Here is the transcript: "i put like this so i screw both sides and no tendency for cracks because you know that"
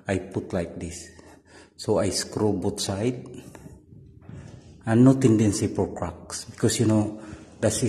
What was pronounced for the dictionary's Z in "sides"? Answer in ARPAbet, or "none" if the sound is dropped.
none